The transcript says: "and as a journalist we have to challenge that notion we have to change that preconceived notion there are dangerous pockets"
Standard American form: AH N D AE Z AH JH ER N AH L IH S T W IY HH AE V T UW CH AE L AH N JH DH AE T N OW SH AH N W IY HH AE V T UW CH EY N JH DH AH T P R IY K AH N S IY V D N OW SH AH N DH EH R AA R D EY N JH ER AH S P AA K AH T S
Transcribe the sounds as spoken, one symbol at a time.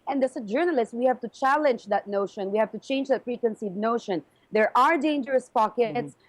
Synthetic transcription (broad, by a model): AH N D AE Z AH JH ER N AH L IH S T W IY HH AE V T UW CH AE L AH N JH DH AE T N OW SH AH N W IY HH AE V T UW CH EY N JH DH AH T F R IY K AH N S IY D N OW SH AH N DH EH R AA R D EY N JH ER AH S P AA K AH T S